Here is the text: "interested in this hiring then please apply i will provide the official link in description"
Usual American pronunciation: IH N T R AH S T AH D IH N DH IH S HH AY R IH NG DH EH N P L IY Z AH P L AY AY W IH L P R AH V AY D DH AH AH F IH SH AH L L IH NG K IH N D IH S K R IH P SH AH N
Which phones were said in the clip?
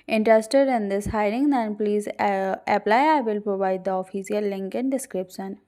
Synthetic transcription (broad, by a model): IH N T R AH S T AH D IH N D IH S HH AY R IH NG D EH N P L IY Z AH P L AY AY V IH L P R AH V AY D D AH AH F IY S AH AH L IH NG K IH N D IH S K R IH P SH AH N